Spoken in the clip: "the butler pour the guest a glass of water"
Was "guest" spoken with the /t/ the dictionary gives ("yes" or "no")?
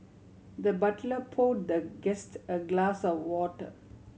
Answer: yes